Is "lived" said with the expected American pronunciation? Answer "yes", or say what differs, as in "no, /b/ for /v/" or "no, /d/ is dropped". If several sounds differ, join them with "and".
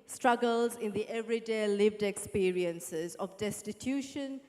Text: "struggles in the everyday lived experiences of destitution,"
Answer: yes